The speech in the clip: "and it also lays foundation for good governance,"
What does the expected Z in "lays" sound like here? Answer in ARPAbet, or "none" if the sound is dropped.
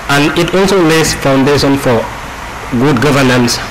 S